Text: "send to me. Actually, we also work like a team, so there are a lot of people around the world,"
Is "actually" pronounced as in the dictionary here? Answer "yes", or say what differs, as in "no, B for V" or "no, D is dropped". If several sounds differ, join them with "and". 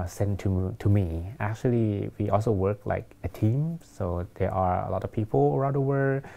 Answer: yes